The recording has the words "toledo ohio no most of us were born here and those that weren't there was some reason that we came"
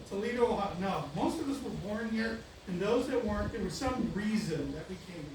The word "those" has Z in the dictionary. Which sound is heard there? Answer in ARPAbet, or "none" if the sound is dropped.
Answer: Z